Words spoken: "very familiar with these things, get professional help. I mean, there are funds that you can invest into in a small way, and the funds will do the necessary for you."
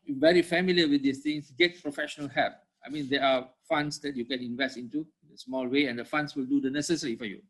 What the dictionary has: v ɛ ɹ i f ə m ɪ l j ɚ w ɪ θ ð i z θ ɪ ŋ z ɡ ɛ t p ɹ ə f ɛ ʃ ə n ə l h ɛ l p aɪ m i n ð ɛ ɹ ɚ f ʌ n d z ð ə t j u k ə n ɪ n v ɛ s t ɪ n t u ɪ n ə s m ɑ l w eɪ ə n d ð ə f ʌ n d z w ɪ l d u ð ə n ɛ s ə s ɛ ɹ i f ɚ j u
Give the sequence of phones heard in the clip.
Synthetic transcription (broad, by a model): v ɛ ɹ i f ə m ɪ l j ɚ w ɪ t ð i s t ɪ ŋ s ɡ ɛ t p ɹ ə f ɛ ʃ ə n ə l h ɛ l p aɪ m i n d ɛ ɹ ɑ f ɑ n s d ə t j u k ə n ɪ n v ɛ s t ɪ n t u ɪ n ə s m ɑ l w eɪ ə n d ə f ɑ n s w ɪ l d u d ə n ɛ s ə s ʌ ɹ i f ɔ j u